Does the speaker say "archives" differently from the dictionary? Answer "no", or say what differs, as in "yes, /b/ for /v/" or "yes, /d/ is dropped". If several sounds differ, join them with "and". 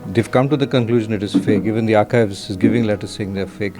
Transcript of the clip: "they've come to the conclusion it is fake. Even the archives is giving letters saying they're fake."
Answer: no